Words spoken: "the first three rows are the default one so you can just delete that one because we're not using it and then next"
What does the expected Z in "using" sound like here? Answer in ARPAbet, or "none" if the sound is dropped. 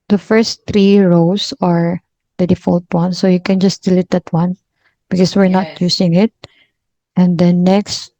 S